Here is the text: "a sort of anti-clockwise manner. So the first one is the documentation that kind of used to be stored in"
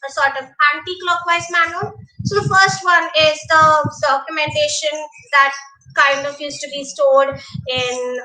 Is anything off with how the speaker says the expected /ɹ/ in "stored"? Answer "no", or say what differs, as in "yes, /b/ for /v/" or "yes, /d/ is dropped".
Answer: yes, /l/ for /ɹ/